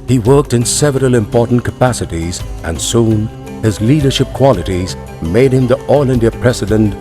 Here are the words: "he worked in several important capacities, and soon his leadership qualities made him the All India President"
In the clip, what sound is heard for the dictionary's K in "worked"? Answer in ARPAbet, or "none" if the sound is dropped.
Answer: K